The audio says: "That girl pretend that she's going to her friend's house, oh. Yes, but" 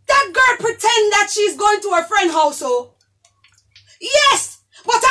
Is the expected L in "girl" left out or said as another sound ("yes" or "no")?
no